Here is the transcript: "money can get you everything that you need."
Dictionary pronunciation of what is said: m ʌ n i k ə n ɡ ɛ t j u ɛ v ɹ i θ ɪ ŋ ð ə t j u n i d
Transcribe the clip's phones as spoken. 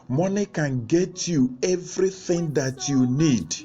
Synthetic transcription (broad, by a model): m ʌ n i k ə n ɡ ɛ t j u ɛ v ɹ i θ ɪ ŋ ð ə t j u n i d